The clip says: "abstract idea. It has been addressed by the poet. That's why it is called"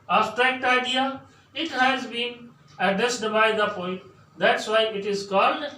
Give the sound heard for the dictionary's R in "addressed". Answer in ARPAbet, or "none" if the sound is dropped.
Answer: none